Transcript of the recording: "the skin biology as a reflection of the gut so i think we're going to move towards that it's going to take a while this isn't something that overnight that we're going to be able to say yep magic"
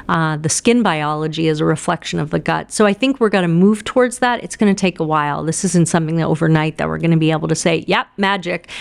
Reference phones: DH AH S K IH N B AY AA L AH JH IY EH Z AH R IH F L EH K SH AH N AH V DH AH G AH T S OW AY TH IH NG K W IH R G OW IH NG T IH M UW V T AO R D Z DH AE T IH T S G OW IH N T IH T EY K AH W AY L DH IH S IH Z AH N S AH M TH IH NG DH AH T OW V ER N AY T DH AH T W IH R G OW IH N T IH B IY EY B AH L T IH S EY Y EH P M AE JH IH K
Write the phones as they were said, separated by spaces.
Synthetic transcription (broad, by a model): DH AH S K IH N B AY AA L AH JH IY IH Z AH R IH F L EH K SH AH N AH V DH AH G AH T S OW AY TH IH NG K W IH R G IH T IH M UW V T AO R D Z DH AE T IH T S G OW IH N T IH T EY K AH W AY L DH IH S IH Z AH N S AH M TH IH NG DH AH T OW V ER N AY T DH AH T W IH R G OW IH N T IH B IY EY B L T IH S EY Y EH P M AE JH IH K